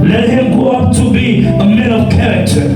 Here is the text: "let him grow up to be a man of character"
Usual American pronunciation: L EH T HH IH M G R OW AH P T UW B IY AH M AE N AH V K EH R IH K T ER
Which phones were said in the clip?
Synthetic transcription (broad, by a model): L EH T HH IH M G OW AH P T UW B IY AH M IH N AH V K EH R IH K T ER